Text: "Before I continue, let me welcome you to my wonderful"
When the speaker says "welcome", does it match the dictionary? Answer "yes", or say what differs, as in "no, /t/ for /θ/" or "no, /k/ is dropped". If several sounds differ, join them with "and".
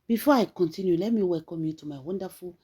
no, /l/ is dropped